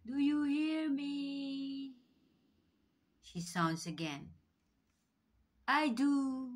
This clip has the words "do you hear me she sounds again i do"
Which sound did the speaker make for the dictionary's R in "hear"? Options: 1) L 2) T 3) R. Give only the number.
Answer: 3